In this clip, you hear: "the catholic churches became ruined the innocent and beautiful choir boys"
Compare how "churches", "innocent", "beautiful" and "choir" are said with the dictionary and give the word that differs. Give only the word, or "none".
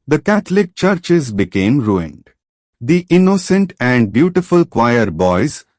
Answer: none